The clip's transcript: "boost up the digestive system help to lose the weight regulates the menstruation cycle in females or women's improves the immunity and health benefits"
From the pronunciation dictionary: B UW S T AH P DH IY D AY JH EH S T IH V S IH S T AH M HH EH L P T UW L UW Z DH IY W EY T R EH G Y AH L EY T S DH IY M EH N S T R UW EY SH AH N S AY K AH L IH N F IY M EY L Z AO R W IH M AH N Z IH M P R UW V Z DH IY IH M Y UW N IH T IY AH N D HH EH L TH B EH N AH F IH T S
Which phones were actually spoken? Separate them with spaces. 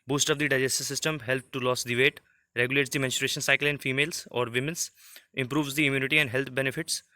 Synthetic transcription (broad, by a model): B UW S T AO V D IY D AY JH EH S T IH S IH S T AH M HH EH L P T UW L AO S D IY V EY T R EH G Y AH L EY T S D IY M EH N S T R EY SH AH N S AY K AH L IH N F IY M EY L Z AO R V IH M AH N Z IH M P R UW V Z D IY IH M Y UW N IH T IY AH N D HH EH L T B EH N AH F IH T S